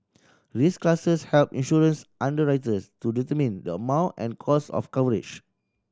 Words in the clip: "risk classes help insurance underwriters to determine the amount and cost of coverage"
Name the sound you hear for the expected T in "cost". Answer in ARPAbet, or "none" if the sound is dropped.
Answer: none